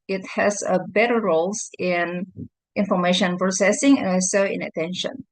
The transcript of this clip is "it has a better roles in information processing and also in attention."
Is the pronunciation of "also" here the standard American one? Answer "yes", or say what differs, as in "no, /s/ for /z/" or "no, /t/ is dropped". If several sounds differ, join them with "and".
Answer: no, /l/ is dropped